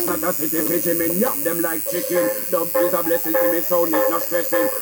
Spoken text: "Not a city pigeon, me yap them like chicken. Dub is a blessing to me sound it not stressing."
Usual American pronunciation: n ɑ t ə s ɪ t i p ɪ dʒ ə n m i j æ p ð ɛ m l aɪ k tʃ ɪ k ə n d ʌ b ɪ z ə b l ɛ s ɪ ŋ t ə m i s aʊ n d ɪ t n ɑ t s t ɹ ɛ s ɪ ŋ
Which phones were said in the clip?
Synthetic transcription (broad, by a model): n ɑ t ə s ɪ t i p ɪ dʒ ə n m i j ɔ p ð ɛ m l aɪ k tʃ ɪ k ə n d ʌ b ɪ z ə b l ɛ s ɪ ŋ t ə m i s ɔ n ɪ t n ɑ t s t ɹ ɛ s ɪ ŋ